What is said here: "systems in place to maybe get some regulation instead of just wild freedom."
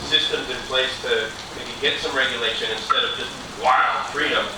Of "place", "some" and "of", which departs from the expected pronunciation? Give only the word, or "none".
none